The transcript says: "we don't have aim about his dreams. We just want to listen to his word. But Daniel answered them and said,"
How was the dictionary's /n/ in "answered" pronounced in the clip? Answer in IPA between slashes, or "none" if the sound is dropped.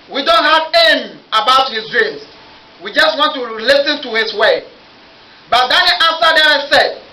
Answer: none